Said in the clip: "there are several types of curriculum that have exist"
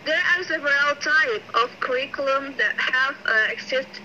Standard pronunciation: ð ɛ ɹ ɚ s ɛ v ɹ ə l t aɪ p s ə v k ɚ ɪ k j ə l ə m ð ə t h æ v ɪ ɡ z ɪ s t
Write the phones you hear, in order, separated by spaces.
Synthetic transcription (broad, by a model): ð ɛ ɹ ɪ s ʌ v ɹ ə l t aɪ p ə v k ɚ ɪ k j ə l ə m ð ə t h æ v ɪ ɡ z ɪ s t